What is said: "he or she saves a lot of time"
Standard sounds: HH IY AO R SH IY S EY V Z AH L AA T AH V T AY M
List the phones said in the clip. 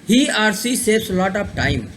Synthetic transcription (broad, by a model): HH IY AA R S IY S EY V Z AH L AA T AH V T AY M